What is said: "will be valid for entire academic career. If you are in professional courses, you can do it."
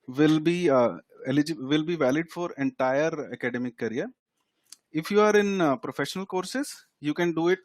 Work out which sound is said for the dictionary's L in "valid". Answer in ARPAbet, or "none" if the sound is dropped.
L